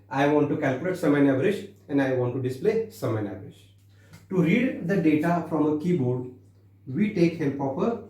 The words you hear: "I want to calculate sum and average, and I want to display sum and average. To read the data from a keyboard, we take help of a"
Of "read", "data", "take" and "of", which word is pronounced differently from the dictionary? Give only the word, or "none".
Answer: of